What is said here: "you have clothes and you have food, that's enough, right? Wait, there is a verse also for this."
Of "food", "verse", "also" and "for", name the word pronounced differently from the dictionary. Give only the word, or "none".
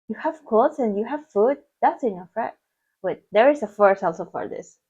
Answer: verse